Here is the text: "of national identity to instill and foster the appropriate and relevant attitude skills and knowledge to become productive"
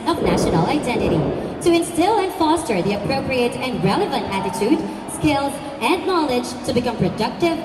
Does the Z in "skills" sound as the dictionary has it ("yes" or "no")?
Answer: yes